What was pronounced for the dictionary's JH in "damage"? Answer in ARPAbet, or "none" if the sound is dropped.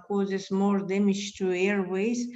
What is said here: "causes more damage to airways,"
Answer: SH